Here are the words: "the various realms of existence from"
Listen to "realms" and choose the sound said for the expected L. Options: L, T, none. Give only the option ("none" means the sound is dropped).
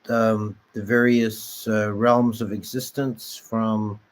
L